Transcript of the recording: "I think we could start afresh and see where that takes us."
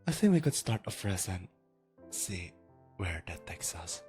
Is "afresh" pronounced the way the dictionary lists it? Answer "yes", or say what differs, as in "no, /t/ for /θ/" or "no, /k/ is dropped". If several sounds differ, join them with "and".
no, /s/ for /ʃ/